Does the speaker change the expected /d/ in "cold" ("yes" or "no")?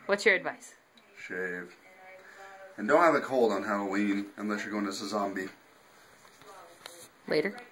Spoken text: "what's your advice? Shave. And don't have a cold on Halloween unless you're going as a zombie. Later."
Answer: no